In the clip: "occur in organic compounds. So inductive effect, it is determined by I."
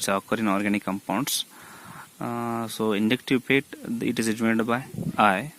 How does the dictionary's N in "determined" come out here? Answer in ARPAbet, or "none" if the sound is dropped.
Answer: none